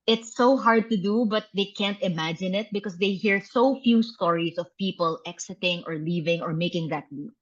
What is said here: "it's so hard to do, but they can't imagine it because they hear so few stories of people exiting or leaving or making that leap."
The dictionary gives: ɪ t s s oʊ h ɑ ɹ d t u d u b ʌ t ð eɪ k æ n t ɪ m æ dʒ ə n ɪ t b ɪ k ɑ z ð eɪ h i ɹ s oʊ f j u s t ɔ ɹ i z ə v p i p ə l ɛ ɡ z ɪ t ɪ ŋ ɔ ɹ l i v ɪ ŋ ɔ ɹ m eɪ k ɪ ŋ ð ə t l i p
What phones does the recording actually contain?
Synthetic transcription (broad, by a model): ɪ t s s oʊ h ɑ ɹ d t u d u b ʌ t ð eɪ k æ n t ɪ m æ dʒ ə n ɪ t b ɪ k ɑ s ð eɪ h i ɹ s oʊ f j u s t ɔ ɹ i s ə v p i p ə l ɛ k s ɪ t ɪ ŋ ɔ ɹ l i v ɪ ŋ ɔ ɹ m eɪ k ɪ ŋ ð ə t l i